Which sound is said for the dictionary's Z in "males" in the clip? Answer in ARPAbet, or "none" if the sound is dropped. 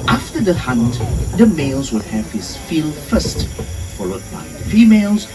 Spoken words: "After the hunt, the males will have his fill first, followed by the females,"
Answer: Z